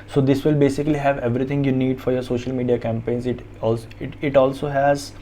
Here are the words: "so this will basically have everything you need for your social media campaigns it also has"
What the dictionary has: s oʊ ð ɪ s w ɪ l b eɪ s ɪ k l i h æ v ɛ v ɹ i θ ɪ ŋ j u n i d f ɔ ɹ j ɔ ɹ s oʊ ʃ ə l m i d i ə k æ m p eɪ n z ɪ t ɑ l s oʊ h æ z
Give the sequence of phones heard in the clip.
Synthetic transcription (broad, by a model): s oʊ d ɪ s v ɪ l b eɪ s ɪ k l i h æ v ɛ v ɹ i t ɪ ŋ j u n i d f ɔ ɹ j ɔ ɹ s oʊ ʃ ə l m i d i ə k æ m p eɪ n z ɪ t ɑ l s oʊ h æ z